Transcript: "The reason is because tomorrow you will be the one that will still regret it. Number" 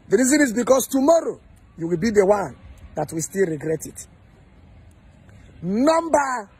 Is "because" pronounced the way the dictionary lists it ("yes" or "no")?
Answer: no